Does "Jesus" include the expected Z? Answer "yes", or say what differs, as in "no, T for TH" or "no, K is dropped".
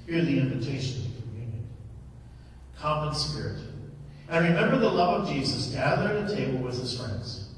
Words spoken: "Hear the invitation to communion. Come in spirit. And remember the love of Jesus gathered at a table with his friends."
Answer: yes